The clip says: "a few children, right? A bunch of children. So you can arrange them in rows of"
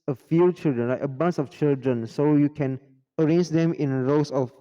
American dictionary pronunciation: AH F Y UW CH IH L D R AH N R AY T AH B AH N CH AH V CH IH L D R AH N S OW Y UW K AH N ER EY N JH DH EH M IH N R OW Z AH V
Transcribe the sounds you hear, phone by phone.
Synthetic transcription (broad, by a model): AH F Y UW CH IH L D R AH N L AY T AH B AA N S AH F CH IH L D R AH N S OW Y UW K AH N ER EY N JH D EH M IH N R OW S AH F